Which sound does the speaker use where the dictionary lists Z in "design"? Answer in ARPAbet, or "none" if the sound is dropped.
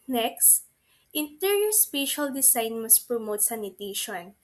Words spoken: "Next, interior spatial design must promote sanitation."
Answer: S